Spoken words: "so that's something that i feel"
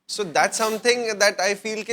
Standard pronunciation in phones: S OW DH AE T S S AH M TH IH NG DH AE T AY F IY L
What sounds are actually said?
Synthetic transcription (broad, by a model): S OW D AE T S S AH M T IH NG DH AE T AY F IY L